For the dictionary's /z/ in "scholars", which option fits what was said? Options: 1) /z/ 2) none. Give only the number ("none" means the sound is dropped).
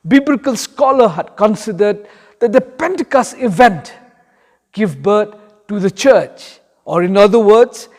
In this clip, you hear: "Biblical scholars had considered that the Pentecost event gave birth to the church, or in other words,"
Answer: 2